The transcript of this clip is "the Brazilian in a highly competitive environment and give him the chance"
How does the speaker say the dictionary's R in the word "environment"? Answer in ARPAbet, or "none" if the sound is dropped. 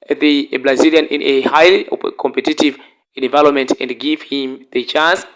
L